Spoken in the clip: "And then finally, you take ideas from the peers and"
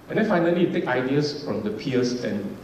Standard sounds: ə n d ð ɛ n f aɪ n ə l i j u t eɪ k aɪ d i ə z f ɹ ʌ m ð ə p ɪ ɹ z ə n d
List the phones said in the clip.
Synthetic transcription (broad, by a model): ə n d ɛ n f aɪ n ə l i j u t eɪ k aɪ d i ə s f ɹ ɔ m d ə p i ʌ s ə n